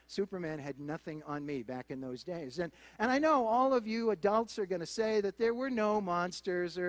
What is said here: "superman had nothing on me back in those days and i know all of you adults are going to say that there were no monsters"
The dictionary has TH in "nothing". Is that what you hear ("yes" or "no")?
yes